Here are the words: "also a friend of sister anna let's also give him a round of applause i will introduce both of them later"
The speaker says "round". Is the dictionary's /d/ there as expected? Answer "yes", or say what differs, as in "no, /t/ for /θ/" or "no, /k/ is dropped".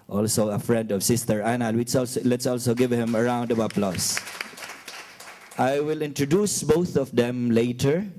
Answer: yes